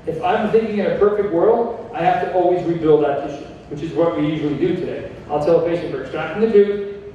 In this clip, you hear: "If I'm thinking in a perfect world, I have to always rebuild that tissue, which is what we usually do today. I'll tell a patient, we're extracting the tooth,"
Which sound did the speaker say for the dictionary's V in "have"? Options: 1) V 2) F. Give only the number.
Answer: 2